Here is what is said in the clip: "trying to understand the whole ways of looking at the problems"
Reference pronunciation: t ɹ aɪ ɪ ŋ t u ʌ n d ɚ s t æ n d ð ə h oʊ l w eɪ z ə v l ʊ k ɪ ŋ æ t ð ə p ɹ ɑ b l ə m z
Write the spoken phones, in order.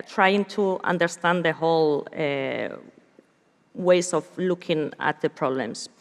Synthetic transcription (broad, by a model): t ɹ aɪ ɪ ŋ t u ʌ n d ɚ s t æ n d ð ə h oʊ l w eɪ s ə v l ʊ k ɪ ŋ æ t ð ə p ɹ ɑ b l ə m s